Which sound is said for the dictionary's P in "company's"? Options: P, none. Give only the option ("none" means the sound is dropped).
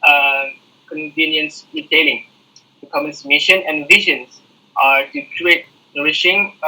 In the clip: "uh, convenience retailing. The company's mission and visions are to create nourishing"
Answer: none